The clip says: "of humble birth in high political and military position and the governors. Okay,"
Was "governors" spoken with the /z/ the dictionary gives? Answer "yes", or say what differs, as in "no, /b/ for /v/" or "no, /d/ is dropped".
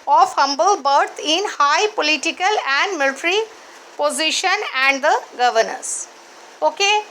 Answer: no, /s/ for /z/